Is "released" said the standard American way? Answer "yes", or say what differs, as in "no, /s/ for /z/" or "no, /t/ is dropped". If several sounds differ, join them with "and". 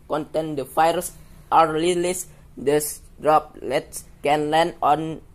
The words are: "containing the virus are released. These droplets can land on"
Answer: no, /l/ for /ɹ/